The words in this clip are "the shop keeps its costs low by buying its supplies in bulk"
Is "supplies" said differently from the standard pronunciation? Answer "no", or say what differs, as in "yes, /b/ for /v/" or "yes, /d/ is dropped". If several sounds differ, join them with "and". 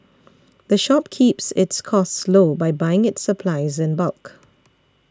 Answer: no